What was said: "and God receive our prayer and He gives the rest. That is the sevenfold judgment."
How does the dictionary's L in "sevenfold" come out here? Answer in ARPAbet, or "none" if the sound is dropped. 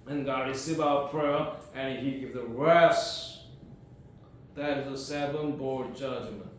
none